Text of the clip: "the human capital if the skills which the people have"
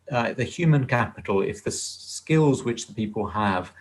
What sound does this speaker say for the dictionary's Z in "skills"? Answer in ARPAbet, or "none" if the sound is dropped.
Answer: Z